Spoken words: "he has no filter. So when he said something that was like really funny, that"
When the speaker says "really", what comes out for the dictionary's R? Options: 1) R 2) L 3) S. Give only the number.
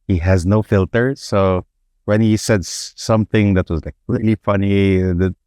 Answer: 2